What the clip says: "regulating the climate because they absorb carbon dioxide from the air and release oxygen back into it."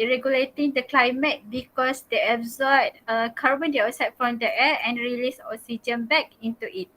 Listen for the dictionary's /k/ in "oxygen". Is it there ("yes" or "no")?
no